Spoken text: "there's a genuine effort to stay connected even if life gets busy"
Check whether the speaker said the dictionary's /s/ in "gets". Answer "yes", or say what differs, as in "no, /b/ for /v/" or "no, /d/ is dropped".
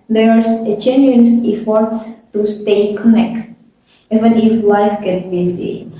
no, /s/ is dropped